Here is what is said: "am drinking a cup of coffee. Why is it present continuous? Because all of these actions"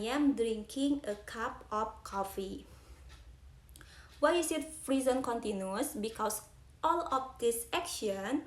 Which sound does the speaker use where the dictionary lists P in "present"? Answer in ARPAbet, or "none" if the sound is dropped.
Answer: F